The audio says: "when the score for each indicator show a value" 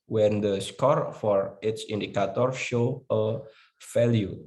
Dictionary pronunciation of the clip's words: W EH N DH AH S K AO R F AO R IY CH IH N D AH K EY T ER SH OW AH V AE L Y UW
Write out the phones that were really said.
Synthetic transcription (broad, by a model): W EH N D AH S K AO R F AO R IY S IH N D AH K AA T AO SH OW AH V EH L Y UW